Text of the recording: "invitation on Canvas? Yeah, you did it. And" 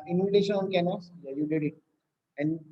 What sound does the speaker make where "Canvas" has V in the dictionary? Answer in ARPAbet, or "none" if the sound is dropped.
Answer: none